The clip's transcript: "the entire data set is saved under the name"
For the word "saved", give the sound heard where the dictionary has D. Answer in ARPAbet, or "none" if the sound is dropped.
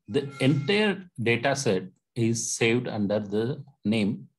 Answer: D